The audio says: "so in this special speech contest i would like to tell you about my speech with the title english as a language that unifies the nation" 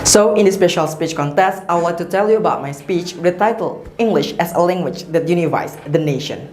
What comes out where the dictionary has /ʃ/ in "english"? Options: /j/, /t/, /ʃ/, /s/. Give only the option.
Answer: /ʃ/